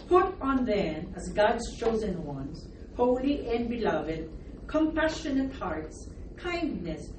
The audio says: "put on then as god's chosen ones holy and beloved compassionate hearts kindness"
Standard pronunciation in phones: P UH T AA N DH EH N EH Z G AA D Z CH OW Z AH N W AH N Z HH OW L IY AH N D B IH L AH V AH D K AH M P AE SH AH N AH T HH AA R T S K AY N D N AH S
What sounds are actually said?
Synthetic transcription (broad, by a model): P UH T N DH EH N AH Z G AA D Z CH OW Z AH N W AH N Z HH OW L IY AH N B IH L AH V AH D K AH M P AE SH AH N AH T HH AA R T S K AY N D N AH S